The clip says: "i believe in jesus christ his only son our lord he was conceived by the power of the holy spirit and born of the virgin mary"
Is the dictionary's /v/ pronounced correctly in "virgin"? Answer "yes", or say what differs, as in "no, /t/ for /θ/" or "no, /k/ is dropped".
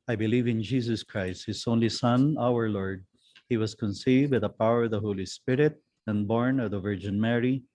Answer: yes